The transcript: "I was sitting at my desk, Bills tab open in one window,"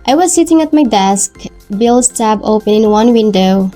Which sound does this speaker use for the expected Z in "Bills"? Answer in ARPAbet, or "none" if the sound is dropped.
S